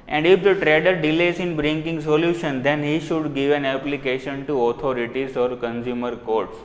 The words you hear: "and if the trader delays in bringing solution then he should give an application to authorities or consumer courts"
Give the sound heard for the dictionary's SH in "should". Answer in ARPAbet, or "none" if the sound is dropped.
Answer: SH